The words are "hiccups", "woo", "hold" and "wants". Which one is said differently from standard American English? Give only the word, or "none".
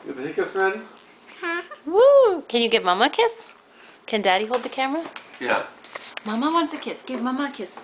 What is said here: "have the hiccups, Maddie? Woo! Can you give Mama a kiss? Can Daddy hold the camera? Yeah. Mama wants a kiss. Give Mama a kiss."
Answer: hiccups